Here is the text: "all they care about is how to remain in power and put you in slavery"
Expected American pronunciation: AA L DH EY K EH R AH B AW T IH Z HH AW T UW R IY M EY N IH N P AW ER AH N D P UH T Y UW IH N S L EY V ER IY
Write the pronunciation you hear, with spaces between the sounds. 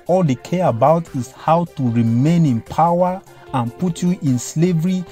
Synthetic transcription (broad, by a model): AA L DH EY K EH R AH B AW T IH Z HH AW T UW R IY M EY N IH N P AW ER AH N P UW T Y UW IH N S L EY V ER IY